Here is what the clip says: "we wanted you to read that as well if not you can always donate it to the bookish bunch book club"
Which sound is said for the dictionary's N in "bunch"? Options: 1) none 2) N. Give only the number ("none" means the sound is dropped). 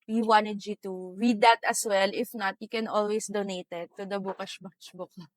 1